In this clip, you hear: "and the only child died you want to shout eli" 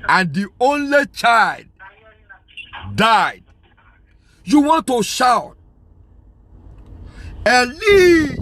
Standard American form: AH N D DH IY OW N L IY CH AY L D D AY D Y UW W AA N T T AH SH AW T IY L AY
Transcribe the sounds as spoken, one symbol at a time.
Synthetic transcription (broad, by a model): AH N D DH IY OW N L IY CH AY L D D AY D Y UW W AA N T T AH SH AW T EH L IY